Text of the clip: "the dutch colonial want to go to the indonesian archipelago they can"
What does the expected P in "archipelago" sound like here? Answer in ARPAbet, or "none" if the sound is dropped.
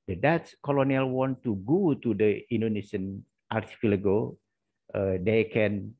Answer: F